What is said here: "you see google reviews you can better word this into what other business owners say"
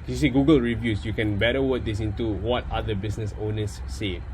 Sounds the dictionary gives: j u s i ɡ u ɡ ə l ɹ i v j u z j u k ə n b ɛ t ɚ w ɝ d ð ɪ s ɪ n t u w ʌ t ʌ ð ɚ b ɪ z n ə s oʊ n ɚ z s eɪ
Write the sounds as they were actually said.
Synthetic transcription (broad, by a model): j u s i ɡ u ɡ ə l ɹ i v j u s j u k ə n b ɛ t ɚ w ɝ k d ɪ s ɪ n t u w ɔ t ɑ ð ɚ b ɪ s n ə s oʊ n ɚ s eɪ